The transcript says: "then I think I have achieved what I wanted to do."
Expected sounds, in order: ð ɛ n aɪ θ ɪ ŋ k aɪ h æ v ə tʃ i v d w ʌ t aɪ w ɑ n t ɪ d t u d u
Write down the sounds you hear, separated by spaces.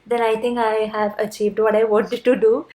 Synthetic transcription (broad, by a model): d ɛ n aɪ t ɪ ŋ k aɪ h æ v ə tʃ i v d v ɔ t aɪ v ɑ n t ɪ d t u d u